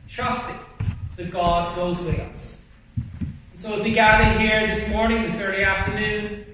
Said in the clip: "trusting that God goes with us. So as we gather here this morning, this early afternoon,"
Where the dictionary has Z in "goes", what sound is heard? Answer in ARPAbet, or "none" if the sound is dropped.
Z